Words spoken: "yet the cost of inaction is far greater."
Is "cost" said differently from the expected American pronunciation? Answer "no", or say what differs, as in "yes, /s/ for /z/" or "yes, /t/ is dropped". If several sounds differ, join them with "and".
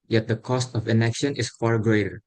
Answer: no